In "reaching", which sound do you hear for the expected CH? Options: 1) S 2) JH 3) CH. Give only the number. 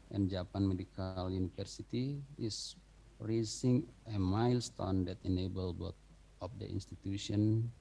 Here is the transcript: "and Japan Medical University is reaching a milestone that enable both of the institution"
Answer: 1